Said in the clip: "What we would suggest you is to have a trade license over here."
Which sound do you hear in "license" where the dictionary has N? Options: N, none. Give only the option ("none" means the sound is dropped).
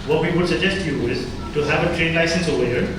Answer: N